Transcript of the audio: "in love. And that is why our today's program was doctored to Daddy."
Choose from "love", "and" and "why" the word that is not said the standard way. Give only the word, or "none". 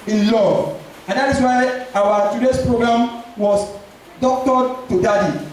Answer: love